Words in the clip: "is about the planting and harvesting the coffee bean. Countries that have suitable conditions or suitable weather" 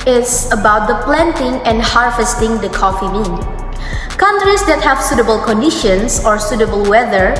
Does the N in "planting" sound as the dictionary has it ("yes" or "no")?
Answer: yes